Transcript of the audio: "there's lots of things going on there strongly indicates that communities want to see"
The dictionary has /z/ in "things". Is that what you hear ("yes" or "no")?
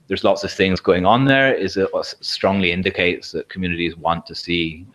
yes